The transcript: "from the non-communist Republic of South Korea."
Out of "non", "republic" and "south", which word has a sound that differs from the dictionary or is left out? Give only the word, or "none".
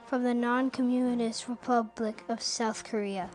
none